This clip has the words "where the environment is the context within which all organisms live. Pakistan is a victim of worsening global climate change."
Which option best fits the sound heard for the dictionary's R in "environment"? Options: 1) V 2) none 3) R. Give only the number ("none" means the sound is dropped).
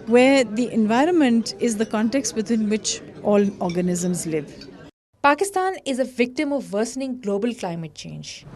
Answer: 3